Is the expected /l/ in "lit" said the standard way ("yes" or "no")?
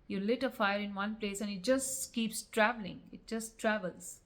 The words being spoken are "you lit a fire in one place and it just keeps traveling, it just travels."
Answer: yes